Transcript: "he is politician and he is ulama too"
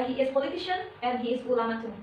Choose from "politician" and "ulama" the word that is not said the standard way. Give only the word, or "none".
none